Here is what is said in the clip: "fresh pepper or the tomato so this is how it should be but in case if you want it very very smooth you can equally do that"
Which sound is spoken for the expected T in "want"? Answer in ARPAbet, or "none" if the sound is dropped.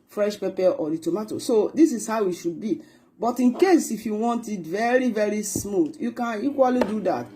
T